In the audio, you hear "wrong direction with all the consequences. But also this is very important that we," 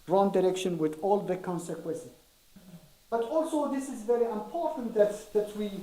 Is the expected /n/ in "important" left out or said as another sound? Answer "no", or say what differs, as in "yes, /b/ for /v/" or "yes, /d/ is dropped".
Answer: yes, /n/ is dropped